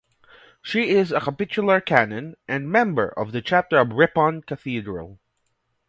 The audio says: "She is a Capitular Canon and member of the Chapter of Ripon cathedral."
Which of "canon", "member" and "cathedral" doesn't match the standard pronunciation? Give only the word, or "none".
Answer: none